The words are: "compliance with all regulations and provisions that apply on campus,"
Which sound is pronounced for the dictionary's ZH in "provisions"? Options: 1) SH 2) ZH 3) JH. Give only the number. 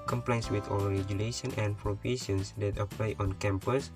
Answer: 1